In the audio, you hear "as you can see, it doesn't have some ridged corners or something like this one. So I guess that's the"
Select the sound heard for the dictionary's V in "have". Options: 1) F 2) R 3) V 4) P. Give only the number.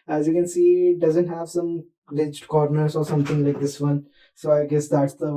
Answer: 3